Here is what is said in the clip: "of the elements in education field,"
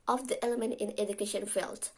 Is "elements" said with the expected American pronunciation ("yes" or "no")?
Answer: no